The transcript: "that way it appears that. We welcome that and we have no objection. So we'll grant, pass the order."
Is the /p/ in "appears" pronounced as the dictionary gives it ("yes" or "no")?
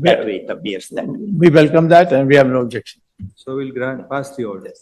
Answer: no